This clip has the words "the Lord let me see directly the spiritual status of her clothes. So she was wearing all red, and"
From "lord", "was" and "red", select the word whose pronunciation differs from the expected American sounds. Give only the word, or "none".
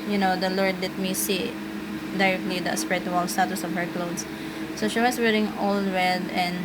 was